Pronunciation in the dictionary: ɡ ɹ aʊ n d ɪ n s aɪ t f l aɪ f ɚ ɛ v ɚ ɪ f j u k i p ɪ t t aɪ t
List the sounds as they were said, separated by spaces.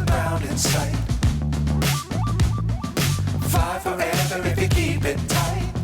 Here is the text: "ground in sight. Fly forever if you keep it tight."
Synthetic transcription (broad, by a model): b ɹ aʊ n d ɪ n s aɪ t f aɪ f ɚ ɛ v ɚ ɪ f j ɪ k i p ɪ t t aɪ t